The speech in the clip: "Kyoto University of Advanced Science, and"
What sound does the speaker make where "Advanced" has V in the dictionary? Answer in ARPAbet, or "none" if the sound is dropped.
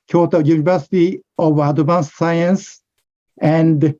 none